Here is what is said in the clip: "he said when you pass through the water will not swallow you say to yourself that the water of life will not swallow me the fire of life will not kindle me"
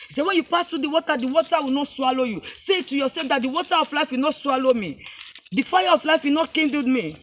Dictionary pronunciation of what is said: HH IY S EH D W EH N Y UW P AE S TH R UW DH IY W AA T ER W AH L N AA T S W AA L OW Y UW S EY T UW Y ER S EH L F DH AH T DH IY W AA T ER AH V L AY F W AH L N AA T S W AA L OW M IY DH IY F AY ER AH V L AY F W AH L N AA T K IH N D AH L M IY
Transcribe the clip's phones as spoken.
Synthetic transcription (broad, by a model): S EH W EH N Y UW P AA S T R UW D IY W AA T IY W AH W N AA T S W AA L OW Y UW S EY T UW Y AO S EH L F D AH T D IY W AA T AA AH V L AY F W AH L N AA T S W AA L OW M IY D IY F AY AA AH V L AY F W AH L N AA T K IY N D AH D M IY